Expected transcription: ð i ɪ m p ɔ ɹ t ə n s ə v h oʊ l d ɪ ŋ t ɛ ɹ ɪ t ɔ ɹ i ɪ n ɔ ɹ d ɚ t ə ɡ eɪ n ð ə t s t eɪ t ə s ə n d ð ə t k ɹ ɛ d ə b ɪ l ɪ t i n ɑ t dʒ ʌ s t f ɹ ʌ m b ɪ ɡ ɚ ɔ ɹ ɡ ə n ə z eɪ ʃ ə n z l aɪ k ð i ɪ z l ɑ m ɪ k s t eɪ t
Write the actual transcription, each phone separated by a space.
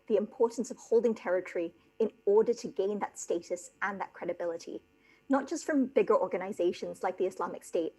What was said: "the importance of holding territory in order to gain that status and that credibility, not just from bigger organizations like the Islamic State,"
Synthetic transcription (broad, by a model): ð i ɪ m p ɔ ɹ t n s ə v h oʊ l d ɪ ŋ t ɛ ɹ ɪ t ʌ ɹ i ɪ n ɔ ɹ d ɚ t ə ɡ eɪ n ð ə t s t eɪ t ə s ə n ð ə t k ɹ ɛ d ə b ɪ l ɪ t i n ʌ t dʒ ʌ s t f ɹ ʌ m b ɪ ɡ ɚ ɔ ɹ ɡ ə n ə z eɪ ʃ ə n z l aɪ k ð i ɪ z l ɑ m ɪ k s t eɪ t